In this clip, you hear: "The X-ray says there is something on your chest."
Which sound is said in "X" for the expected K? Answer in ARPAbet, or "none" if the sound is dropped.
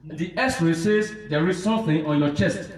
none